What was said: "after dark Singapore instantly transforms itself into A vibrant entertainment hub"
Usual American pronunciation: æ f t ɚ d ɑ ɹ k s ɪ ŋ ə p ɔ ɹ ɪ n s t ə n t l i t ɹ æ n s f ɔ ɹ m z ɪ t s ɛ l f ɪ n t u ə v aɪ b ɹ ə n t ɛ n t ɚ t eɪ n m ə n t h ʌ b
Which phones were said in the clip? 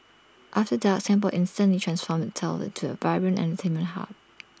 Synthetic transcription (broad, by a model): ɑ f t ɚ d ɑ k s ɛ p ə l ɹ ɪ n s t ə n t l i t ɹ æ n s f ɔ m ɪ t ɛ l ɪ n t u ə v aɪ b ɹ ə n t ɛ n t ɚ t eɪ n m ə n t h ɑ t